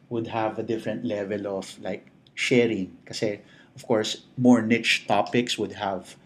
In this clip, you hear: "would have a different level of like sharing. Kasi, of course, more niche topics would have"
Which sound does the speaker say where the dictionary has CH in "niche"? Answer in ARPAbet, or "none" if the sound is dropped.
CH